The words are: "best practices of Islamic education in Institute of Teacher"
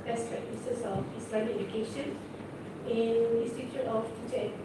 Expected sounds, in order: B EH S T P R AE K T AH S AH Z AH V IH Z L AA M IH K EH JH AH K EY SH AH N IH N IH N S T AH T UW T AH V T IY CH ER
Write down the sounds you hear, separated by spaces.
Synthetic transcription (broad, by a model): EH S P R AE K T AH S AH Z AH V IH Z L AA IH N EH JH AH K EY SH AH N IH N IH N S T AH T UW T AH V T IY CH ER